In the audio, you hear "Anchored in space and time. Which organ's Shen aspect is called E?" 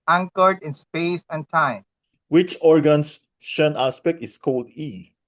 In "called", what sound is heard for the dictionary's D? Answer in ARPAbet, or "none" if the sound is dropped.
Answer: D